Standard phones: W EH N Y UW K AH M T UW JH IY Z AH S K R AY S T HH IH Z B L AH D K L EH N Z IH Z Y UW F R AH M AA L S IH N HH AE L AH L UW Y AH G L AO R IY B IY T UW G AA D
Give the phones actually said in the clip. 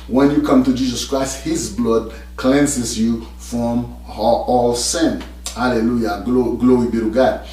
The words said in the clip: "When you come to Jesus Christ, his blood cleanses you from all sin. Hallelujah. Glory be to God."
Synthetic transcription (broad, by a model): W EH N Y UW K AH M T UW JH IY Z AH S K R AY S T HH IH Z B L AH D K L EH N S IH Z Y UW F R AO M AA L S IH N HH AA L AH L UW Y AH G L AO R IY B IY T UW G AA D